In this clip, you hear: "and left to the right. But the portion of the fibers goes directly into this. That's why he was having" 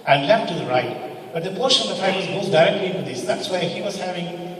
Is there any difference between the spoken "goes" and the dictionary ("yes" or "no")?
yes